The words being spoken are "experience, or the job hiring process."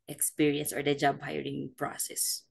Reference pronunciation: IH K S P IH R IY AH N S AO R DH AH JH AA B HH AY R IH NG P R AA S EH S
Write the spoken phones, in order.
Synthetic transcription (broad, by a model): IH K S P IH R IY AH N S AO R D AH JH AA B HH AY R IH NG P R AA S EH S